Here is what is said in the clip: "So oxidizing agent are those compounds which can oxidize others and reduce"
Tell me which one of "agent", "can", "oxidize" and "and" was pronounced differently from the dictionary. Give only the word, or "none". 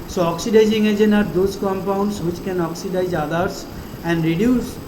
agent